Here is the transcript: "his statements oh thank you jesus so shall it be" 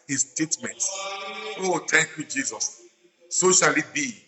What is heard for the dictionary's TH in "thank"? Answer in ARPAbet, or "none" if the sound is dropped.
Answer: T